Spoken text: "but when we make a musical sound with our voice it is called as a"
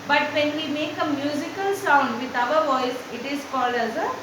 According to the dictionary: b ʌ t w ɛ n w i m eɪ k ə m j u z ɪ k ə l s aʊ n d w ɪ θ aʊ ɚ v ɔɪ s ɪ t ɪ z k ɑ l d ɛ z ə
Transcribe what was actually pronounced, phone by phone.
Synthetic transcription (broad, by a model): b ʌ t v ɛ n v i m eɪ k ə m j u z ɪ k ə l s aʊ n d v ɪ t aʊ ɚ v ɔɪ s ɪ t ɪ z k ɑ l ʌ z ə